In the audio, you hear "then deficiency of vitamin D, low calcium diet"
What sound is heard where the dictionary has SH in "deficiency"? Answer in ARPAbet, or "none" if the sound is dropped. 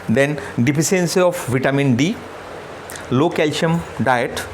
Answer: S